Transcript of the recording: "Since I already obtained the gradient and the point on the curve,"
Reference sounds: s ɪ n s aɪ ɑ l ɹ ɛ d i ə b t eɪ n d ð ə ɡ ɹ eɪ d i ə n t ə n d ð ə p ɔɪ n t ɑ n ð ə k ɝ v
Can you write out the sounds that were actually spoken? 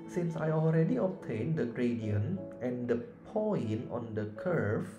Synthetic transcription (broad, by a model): s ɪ n s aɪ ɑ l ɹ ɛ d i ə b t eɪ n d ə ɡ ɹ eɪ d i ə n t ə n d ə p ɔɪ n ɑ n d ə k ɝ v